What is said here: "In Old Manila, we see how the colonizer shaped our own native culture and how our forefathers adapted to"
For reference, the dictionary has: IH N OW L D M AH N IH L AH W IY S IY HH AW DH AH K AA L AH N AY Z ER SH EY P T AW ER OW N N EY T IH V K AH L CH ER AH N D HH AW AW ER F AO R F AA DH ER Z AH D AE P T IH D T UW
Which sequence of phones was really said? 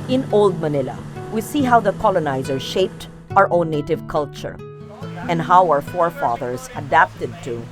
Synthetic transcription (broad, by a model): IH N OW L D M AH N IH L AH W IY S IY HH AW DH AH K AA L AH N AY Z ER SH EY P T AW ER OW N N EY T IH V K AH L CH ER AH N D HH AW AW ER F AO R F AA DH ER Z AH D AE P T IH D T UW